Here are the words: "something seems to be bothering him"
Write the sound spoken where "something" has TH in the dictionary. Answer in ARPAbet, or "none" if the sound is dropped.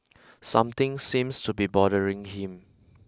T